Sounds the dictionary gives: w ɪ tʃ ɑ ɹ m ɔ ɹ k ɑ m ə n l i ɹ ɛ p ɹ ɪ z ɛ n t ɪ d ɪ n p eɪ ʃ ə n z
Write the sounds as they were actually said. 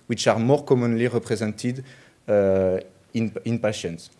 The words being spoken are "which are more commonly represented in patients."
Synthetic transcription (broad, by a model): w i tʃ ɑ ɹ m ɔ ɹ k ɑ m ə n l i ɹ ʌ p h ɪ z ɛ n t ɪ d ɪ n p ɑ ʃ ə n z